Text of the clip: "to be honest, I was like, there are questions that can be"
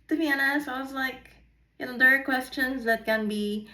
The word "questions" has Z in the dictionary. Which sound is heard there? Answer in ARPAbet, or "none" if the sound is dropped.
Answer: Z